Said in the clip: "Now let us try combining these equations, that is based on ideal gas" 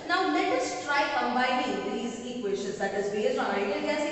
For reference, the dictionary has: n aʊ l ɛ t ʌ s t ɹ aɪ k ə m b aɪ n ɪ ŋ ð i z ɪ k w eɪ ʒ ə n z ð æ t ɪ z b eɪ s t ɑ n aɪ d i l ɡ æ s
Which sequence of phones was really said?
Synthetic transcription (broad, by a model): n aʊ l ɛ t ʌ s t ɹ aɪ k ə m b aɪ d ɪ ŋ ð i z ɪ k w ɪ ʃ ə z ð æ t ɪ z b eɪ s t ɑ n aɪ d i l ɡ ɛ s